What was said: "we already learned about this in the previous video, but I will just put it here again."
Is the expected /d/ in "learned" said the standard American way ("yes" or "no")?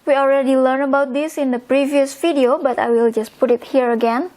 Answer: no